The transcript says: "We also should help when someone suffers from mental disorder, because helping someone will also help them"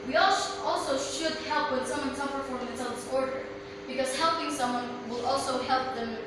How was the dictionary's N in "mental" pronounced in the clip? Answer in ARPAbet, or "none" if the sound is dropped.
none